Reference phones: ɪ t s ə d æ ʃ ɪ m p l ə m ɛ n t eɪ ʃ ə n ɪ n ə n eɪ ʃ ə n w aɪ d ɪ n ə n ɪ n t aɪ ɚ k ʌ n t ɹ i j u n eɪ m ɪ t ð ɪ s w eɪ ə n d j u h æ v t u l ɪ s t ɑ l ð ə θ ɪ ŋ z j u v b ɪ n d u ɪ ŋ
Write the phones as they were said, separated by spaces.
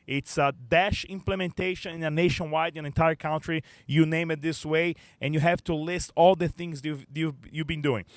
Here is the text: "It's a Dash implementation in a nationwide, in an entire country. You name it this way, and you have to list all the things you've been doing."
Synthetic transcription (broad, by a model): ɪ t s ə d æ ʃ ɪ m p l ə m ɛ n t eɪ ʃ ə n ɪ n ə n eɪ ʃ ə n w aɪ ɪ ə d ɪ n t aɪ ɚ k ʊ n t ɹ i j u n eɪ m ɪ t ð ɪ s w eɪ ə n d j u h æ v t u l ɪ s t ɑ l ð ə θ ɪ ŋ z j u v b ɪ n d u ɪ ŋ